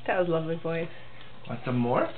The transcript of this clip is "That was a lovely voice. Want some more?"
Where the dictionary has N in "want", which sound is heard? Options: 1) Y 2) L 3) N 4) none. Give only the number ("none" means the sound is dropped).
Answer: 4